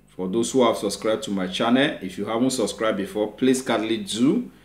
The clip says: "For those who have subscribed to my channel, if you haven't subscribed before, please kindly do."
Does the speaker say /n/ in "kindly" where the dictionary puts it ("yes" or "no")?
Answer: no